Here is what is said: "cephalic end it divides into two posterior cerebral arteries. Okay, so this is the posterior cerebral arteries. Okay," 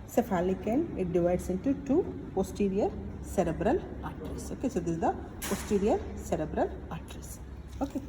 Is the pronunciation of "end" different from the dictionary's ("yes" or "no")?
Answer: yes